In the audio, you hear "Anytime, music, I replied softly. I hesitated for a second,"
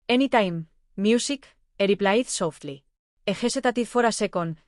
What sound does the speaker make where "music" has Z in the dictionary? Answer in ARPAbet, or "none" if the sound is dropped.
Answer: S